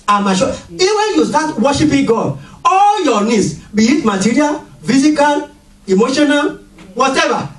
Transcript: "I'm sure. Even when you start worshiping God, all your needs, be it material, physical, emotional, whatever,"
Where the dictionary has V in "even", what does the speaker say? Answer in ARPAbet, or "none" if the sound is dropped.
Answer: none